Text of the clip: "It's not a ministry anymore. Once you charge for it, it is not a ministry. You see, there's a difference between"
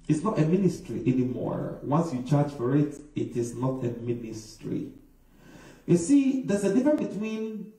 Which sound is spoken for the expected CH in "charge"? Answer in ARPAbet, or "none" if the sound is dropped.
CH